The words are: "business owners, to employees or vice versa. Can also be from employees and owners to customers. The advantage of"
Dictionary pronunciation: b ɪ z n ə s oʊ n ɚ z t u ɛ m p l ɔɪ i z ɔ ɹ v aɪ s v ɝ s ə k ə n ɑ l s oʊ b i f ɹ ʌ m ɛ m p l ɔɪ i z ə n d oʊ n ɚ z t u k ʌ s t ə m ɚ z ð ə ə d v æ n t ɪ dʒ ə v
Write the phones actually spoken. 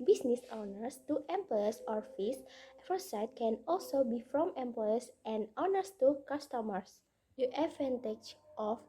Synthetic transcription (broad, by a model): b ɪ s n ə s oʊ n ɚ s t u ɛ m p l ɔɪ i s ɔ ɹ f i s f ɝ s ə k ə n ɑ l s oʊ b i f ɹ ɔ m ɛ m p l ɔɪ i s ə n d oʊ n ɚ s t u k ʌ s t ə m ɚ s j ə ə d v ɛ n t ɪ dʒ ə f